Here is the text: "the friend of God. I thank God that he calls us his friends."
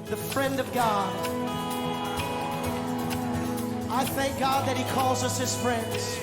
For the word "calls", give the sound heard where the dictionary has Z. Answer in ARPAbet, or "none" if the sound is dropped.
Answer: Z